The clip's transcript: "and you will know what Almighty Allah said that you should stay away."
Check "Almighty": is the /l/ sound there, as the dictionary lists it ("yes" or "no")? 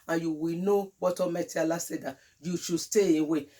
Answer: no